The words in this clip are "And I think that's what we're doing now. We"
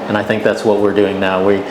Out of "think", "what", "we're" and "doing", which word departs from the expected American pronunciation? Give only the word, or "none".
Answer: none